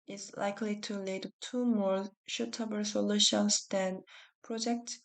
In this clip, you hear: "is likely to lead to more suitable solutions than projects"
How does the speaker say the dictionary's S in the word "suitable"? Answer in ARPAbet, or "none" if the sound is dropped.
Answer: SH